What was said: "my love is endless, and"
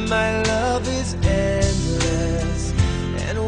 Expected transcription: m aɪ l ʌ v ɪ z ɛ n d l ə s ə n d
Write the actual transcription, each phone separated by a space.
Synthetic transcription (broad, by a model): m aɪ l ʌ v ɪ z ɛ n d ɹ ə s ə n